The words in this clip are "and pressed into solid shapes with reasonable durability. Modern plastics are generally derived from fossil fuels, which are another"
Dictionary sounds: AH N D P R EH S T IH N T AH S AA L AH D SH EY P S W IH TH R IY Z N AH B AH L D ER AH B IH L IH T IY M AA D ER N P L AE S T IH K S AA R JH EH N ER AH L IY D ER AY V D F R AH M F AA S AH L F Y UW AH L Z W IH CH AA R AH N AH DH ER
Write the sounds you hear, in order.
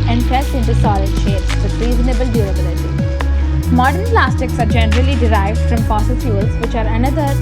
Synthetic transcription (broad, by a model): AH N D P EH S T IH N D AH S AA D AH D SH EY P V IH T R IY Z N AH B AH L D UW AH B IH L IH T IY M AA D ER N P L AE S T IH K S AA R JH EH N ER AH L IY D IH AY V D F R AH M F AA S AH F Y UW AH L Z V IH CH AA R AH N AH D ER